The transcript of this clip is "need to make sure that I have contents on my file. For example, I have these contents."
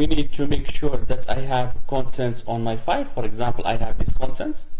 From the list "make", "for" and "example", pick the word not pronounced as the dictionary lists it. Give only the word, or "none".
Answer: none